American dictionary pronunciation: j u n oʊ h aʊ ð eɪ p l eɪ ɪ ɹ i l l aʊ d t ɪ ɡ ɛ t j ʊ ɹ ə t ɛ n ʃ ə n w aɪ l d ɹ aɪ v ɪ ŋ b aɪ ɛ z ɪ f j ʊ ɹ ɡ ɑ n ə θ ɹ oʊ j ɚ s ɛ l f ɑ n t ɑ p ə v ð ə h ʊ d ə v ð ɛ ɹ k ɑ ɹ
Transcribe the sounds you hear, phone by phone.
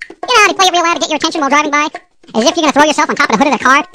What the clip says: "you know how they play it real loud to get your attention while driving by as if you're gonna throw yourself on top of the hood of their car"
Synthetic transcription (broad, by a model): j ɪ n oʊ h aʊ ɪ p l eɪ ɪ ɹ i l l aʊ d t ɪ ɡ ɛ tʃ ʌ ɹ ə t ɛ n ʃ ə n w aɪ l d ɹ aɪ v ɪ ŋ b aɪ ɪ z ɪ f j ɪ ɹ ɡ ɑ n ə θ ɹ oʊ j ɚ s ɛ l f n t ɑ p ə v ð ə h ʊ d ə v ð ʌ ɹ k ɑ ɹ